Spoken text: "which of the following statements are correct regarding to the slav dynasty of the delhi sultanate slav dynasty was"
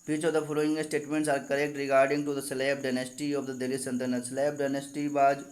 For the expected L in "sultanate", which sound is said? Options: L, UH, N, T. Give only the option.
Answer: N